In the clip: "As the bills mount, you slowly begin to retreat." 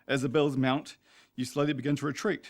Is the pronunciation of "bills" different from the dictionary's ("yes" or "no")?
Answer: no